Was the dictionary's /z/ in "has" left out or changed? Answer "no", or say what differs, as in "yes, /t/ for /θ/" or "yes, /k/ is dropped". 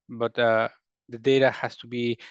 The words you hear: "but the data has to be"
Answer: yes, /s/ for /z/